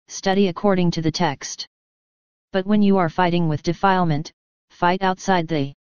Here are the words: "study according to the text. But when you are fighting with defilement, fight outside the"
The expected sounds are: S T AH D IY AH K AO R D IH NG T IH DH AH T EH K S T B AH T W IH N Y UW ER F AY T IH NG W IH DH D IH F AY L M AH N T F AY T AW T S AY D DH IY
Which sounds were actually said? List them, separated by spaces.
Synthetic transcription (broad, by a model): S T AH D IY AH K AO R D IH NG T IH DH AH T EH K S T B AH T W IH N Y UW ER F AY T IH NG W IH DH D IH F AY L M AH N T F AY T AW T S AY D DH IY